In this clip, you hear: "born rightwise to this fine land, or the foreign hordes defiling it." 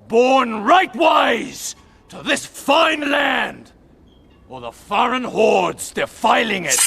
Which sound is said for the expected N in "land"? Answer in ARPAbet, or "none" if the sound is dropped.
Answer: N